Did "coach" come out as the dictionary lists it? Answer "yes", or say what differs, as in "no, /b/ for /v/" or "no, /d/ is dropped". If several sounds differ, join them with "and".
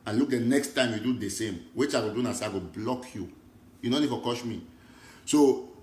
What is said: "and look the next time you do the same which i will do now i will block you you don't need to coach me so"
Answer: no, /ʃ/ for /tʃ/